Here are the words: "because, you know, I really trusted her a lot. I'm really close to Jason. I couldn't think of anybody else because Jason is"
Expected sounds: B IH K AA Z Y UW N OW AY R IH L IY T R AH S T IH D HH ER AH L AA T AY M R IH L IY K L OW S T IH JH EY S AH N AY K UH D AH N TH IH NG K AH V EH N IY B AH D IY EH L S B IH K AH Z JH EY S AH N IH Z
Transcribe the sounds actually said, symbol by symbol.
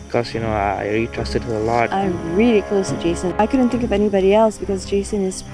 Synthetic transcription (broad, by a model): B K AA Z Y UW N OW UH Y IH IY T R AH S T IH D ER AH L AA T AY M R IH L IY K L OW S T IH JH EY S AH N AY K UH D N TH IH NG K AH V EH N IY B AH D IY EH L S B IH K AH Z JH EY S AH N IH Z